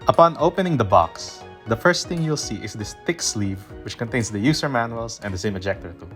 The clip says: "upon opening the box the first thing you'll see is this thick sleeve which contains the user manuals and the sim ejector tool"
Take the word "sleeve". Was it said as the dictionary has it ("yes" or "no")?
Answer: yes